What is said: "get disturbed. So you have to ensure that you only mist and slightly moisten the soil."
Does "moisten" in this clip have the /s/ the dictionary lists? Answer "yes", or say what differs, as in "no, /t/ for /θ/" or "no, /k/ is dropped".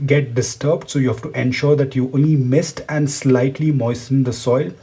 yes